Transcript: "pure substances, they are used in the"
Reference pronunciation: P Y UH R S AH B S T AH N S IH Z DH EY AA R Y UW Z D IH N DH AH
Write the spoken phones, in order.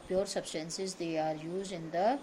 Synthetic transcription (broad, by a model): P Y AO R S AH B S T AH N S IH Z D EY AA R Y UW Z IH N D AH